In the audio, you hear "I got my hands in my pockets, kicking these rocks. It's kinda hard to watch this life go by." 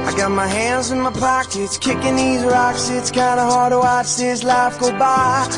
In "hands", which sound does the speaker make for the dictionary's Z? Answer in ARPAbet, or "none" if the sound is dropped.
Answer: Z